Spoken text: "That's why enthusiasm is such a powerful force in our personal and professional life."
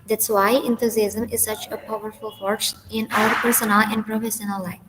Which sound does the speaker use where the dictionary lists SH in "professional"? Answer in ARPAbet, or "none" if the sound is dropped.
S